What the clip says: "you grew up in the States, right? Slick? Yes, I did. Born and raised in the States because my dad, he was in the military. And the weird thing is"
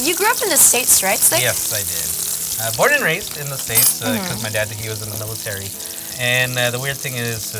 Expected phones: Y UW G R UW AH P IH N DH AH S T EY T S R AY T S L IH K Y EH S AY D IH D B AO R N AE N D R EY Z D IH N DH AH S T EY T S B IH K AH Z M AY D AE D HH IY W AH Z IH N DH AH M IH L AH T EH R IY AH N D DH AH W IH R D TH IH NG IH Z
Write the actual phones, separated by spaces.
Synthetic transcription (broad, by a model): Y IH G R UW AH P IH N DH AH S T EY T S R AY T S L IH Y EH S AY D IH D B AO R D N R EY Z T IH N DH AH S T EY T S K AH Z M AY D AE D HH IY W AH Z IH N DH AH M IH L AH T EH R IY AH N DH AH W IH R D TH IH NG IH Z